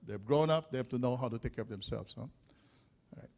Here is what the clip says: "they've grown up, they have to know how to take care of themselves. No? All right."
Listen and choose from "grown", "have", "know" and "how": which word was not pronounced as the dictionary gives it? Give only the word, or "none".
have